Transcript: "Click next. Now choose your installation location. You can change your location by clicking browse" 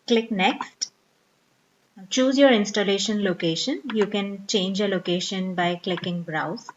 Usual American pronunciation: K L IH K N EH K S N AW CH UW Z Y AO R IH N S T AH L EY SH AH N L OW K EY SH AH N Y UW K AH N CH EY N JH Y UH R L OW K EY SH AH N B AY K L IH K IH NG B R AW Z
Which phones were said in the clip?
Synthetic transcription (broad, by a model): K L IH K N EH K S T CH UW Z Y AO R IH N S T AH L EY SH AH N L OW K EY SH AH N Y UW K AH N CH EY N JH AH L OW K EY SH AH N B AY K L IH K IH NG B R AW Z